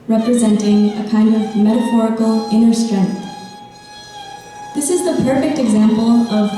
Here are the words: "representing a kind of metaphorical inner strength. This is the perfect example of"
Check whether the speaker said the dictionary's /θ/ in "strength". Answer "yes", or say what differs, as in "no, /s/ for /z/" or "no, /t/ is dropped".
yes